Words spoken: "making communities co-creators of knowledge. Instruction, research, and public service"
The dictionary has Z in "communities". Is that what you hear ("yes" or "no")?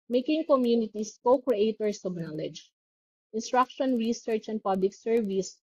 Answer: no